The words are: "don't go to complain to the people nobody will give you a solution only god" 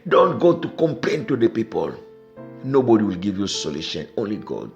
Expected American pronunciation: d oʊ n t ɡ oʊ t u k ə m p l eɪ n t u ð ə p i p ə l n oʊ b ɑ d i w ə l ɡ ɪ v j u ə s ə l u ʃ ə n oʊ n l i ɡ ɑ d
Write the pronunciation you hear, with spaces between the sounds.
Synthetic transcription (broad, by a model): d oʊ n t ɡ oʊ t u k ə m p l eɪ n t u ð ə p i p ə l n oʊ b ɑ d i w ə l ɡ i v j u s ə l u ʃ ə n oʊ n l i ɡ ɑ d